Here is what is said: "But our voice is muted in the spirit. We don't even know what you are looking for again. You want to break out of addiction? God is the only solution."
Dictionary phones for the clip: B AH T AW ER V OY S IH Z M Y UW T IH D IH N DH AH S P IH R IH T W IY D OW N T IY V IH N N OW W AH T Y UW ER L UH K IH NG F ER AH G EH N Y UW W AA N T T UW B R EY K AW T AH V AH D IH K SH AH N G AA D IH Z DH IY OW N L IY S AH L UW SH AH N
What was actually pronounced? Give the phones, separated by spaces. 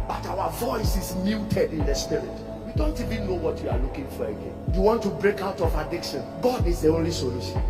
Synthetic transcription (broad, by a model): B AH T AW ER V OY S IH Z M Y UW T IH D IH N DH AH S P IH R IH T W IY D OW N T IY V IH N N OW W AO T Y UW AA L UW K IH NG F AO AH G EH N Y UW W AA N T T UW B R EY K AW T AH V AH D IH K SH AH N G AA D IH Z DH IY OW N L IY S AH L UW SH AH N